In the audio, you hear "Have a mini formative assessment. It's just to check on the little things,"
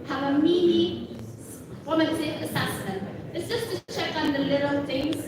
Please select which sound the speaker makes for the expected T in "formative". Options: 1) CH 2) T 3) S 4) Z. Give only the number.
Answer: 3